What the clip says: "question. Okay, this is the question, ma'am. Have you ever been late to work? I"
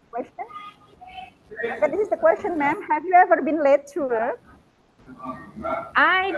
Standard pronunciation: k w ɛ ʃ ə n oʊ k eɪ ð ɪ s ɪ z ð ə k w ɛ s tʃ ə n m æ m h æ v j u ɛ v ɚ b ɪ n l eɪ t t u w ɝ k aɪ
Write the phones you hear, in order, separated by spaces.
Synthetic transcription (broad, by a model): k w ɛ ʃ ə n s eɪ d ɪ s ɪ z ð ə k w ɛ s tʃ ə n m æ m h æ v j u ɛ v ɚ b ɪ n l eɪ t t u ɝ aɪ